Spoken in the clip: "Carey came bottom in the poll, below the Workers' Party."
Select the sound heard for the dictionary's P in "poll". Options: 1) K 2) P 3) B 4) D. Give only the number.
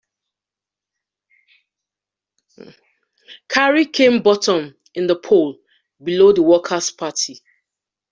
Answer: 2